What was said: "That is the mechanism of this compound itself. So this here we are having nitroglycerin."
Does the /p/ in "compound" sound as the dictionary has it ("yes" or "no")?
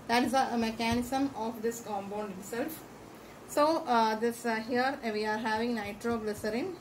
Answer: no